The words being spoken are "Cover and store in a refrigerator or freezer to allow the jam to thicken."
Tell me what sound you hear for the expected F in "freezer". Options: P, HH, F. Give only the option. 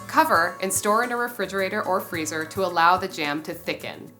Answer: F